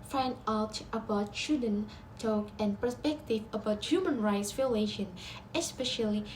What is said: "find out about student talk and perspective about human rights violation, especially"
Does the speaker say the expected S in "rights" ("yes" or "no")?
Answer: yes